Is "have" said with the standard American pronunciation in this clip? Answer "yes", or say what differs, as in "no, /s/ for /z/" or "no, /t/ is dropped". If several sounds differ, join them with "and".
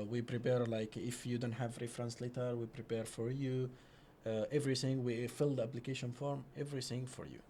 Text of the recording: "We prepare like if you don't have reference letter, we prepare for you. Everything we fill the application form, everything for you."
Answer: yes